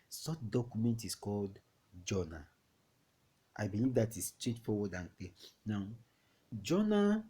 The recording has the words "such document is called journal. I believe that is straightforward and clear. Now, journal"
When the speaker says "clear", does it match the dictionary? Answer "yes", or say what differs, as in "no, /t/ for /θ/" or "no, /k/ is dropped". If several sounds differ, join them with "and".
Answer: no, /l/ is dropped